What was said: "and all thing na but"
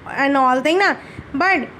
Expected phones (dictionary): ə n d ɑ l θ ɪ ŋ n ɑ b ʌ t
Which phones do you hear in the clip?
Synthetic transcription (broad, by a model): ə n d ɑ l t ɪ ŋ n ɑ b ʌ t